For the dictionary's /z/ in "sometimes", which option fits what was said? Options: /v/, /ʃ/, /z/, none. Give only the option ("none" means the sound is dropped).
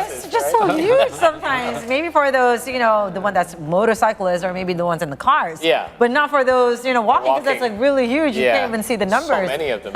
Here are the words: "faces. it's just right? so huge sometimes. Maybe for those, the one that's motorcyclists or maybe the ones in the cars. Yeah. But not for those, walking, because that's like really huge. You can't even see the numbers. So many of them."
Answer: /z/